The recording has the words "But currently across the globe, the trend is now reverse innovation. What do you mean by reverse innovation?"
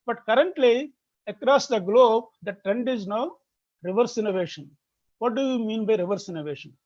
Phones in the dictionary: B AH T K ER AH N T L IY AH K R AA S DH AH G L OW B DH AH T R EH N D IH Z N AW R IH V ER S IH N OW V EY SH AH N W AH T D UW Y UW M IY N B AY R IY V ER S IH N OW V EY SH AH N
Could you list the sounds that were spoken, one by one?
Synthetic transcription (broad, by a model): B AH T K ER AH N T L IY AH K R AA S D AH G L OW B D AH T R EH N D IH Z N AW R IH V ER S IH N OW V EY SH AH N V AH T D UW Y UW M IY N B AY R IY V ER S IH N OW V EY SH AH N